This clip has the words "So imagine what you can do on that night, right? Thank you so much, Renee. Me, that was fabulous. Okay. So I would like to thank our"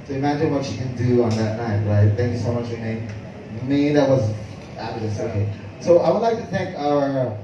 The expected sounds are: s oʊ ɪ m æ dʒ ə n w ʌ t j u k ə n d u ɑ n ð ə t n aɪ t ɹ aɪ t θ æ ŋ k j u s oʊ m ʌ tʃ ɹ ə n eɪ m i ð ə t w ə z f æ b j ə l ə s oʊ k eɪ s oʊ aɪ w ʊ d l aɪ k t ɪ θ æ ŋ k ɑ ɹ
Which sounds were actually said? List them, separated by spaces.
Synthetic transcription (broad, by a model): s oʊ ɪ m æ dʒ ə n w ʌ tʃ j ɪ k ə n d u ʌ n ð ə t n aɪ t ɹ aɪ t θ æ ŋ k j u s oʊ m ʌ tʃ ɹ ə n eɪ m i ð ə t w ə z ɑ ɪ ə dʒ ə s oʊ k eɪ s oʊ aɪ w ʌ d l aɪ k t ɪ θ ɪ ŋ k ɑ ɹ